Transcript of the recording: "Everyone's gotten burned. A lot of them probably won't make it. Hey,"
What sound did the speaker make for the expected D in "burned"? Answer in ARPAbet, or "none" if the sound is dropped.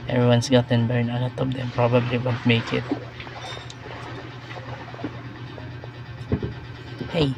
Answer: none